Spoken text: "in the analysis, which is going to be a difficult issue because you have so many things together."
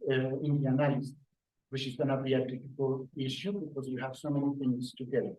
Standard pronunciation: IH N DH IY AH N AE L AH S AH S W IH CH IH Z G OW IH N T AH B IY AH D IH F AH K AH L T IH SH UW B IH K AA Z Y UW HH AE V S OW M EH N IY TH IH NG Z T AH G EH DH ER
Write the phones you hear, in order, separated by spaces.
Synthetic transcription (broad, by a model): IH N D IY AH N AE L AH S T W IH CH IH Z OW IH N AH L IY AH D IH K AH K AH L IH SH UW B IH K AA Z Y UW HH AE V S OW M EH N IY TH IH NG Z T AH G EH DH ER